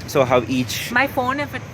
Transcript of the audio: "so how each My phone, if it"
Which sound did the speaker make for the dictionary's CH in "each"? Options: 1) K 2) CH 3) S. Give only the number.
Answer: 2